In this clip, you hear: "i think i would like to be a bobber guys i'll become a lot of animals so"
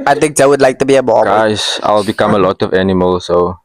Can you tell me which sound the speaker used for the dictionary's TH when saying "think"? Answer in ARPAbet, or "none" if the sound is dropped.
T